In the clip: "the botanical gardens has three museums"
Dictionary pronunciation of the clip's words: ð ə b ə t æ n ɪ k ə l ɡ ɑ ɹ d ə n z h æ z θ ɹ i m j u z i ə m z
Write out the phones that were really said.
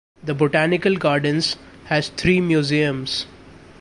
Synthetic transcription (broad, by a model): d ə b ə t æ n ɪ k ə l ɡ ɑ ɹ d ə n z h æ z t ɹ i m j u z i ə m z